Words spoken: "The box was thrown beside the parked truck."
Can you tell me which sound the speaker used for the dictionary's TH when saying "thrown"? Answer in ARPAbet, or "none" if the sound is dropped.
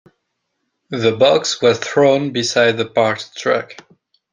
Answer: TH